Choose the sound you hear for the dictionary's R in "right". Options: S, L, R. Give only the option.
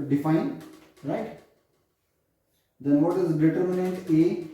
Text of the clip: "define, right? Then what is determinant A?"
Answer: R